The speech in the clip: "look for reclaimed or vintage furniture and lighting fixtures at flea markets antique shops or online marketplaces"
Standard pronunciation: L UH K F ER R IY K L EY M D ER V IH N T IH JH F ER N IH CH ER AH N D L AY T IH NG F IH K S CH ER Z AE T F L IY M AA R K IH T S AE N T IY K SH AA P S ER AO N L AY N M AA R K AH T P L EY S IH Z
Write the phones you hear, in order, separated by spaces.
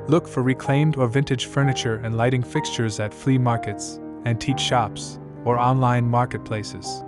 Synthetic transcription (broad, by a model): L UH K F ER R IY K L EY M D ER V IH N T IH JH F ER N IH CH ER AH N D L AY T IH NG F IH K S CH ER Z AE T F L IY M AA R K IH T S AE N T IY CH SH AA P S ER AO N L AY N M AA R K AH T P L EY S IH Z